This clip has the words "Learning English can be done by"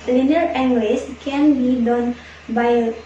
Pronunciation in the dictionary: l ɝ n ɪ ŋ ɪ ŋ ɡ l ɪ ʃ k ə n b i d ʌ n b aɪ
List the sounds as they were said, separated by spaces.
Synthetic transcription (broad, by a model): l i n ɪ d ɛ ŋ ɡ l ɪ s k ə n b i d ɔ n b aɪ